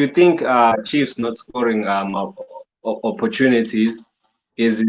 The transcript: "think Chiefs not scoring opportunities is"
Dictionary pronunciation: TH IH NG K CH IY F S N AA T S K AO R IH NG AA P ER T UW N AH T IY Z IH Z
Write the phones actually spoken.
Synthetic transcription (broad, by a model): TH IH NG K CH IY F S N AA T S K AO R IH NG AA P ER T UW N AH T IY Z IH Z